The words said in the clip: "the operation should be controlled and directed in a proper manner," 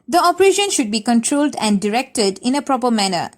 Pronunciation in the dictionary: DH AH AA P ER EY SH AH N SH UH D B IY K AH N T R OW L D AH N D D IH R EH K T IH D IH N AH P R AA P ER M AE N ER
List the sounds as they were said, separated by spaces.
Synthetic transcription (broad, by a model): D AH AA P ER EY SH AH N SH UH D B IY K AH N T R OW L D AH N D D IH R EH K T IH D IH N AH P R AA P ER M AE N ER